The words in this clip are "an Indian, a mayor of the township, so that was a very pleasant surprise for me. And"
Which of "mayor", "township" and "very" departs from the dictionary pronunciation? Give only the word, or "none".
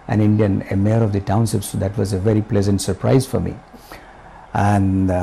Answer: township